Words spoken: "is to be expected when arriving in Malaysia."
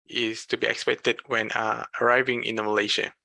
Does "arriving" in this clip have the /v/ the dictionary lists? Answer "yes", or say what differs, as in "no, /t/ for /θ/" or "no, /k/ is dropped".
yes